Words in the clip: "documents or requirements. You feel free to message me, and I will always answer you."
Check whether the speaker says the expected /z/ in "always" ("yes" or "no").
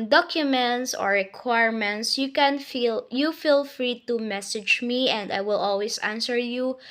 no